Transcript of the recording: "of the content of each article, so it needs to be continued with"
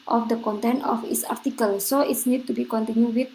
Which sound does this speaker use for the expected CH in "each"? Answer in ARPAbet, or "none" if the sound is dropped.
S